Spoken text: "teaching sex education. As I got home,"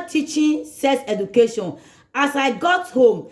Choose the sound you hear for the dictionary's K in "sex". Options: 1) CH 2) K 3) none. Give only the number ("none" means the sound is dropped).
3